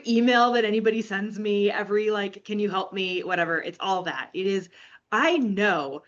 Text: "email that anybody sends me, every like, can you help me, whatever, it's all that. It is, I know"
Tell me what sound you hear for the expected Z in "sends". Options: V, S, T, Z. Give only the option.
Z